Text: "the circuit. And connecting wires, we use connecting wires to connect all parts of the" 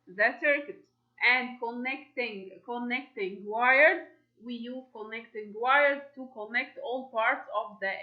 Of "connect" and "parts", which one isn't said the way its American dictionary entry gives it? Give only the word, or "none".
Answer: none